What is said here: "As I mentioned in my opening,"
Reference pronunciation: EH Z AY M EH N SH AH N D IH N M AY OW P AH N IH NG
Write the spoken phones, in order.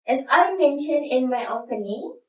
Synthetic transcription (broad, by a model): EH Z AY M EH N SH AH N D IH N M AY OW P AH N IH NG